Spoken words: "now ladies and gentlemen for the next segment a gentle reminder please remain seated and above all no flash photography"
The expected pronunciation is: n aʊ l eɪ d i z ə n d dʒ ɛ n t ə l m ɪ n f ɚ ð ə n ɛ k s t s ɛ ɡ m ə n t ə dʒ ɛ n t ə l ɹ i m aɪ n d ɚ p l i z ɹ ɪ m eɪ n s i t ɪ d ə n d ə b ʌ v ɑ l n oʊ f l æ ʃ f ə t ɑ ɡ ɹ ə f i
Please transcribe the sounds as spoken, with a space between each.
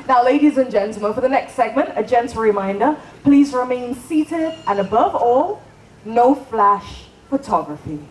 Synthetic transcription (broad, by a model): n aʊ l eɪ d i z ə n dʒ ɛ n t l m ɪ n f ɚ ð ə n ɛ k s t s ɛ ɡ m ə n t ə dʒ ɛ n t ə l ɹ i m aɪ n d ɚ p l i z ɹ ɪ m eɪ n s i t ɪ d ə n ə b ʌ v ɑ l n oʊ f l æ ʃ f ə t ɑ ɡ ɹ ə f i